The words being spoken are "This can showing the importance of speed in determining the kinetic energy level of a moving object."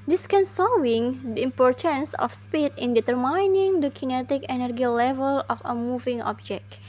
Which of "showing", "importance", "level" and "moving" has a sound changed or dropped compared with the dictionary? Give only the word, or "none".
showing